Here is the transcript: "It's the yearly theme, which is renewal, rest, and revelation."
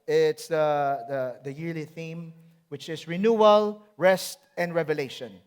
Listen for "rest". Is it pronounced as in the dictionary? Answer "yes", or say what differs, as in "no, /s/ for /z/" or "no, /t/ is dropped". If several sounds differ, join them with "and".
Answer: yes